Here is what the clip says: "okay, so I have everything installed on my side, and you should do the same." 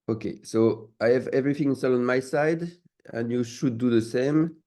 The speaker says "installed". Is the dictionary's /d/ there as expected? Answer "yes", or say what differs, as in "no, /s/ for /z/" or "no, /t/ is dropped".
no, /d/ is dropped